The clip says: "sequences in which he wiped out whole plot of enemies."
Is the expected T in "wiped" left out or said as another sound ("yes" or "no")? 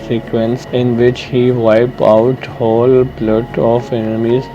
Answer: yes